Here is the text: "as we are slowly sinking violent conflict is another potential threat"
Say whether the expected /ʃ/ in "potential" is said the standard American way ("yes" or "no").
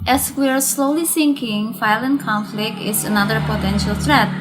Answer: yes